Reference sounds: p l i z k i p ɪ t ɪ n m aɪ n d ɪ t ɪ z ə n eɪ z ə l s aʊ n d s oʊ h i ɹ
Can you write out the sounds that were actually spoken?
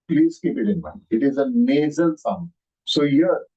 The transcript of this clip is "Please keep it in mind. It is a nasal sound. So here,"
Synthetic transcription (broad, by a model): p l i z k i p ɪ t ɪ n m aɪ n ɪ t ɪ z ə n eɪ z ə l s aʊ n s oʊ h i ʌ